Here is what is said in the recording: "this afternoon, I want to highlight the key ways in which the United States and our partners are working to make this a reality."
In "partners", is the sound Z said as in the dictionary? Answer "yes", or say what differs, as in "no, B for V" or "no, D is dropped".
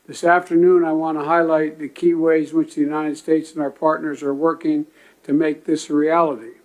yes